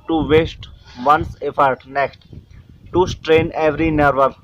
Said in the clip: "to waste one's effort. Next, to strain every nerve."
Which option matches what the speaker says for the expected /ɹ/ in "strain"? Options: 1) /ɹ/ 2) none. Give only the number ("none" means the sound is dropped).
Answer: 1